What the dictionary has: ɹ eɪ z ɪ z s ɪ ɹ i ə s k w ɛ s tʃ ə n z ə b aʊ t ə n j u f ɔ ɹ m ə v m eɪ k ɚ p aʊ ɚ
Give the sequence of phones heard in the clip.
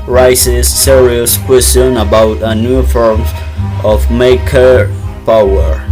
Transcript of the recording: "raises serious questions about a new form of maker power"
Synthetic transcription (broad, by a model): ɹ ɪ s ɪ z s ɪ ɹ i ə s k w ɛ s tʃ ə n ə b aʊ t ə n j u f ɔ ɹ m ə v m eɪ k ɚ p aʊ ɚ